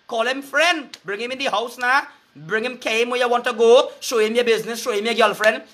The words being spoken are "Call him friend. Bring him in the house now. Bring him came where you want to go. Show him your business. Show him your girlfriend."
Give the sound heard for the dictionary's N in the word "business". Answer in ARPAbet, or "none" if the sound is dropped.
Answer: N